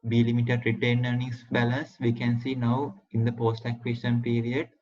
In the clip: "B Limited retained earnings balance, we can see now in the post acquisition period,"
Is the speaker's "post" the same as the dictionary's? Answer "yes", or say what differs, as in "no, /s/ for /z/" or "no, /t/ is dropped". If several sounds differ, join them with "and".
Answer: yes